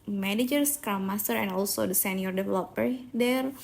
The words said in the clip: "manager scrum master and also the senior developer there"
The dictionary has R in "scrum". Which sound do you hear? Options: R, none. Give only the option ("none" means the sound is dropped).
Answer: none